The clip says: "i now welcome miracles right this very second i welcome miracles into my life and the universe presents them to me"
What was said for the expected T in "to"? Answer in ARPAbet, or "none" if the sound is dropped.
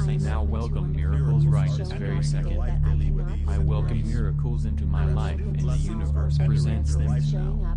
S